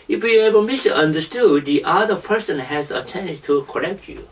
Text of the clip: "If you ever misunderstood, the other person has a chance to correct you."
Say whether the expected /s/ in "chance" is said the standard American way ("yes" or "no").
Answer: no